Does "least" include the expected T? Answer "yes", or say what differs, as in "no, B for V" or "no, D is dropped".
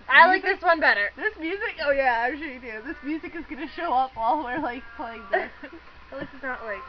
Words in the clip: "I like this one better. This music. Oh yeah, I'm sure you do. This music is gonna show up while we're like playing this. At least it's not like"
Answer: no, T is dropped